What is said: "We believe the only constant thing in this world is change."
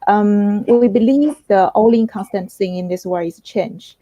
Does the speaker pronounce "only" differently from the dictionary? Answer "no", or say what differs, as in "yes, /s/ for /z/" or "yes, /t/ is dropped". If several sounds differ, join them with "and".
yes, /n/ is dropped